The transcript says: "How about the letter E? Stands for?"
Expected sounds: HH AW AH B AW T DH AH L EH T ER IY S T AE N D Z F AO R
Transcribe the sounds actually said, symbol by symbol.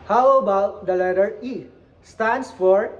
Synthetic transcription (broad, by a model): HH AW AH B AW T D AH L EH T ER IY S T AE N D S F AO R